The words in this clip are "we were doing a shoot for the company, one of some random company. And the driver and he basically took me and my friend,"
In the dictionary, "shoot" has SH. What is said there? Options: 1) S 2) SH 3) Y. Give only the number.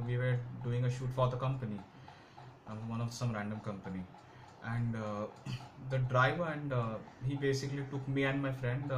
2